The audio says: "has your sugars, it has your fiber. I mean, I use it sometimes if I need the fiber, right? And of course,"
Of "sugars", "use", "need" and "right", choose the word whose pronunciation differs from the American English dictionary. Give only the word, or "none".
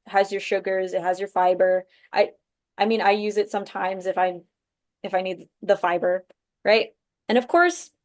none